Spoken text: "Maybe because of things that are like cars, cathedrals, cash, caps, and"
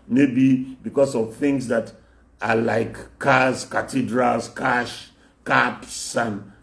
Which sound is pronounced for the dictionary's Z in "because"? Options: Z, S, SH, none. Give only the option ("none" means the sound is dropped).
S